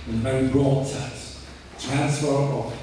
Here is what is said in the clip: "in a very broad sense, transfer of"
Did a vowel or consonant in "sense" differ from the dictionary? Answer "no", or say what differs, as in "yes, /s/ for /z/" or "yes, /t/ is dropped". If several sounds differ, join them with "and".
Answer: yes, /n/ is dropped